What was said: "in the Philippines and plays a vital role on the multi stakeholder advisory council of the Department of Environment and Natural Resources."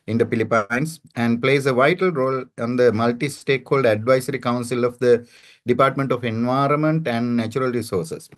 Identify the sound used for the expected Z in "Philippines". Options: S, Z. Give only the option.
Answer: S